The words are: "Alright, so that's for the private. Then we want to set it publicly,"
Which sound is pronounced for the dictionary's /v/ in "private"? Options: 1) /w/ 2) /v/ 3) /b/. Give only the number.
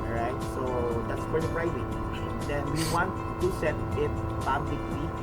1